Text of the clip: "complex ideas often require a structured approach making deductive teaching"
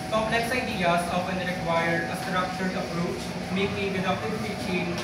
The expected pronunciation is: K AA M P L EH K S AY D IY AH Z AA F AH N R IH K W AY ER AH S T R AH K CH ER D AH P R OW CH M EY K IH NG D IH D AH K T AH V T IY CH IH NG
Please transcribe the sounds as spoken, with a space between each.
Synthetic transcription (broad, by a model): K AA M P L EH K S AY D IY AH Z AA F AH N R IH K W AY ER AH S T R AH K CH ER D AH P R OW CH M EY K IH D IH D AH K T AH P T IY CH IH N